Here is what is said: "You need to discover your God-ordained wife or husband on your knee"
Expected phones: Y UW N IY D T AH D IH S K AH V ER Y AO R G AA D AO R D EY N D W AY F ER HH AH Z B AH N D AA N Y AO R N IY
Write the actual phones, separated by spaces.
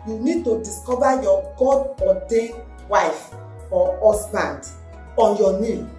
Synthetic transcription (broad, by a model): Y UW N IY D T AH D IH S K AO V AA Y AO G AA D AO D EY W AY F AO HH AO S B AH N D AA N Y AO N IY